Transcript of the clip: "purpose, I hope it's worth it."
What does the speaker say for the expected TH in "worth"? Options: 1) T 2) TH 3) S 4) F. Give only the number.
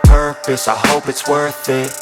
2